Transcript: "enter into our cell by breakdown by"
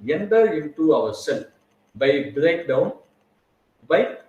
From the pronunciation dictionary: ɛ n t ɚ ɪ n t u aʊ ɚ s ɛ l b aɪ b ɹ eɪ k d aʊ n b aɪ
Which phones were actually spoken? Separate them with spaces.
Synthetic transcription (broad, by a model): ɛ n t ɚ ɪ n t u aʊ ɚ s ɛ n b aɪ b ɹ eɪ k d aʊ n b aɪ